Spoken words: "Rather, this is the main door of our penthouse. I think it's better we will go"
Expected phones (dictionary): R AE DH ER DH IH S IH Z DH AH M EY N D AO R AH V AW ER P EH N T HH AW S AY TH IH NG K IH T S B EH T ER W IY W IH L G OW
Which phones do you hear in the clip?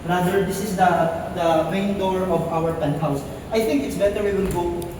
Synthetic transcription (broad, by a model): R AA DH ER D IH S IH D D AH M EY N D AO R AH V AW ER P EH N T HH AW S AY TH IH NG K IH T S B EH T ER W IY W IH N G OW